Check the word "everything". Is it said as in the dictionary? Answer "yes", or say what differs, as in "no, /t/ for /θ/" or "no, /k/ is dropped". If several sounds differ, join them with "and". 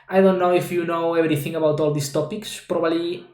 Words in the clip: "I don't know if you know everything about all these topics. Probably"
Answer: no, /b/ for /v/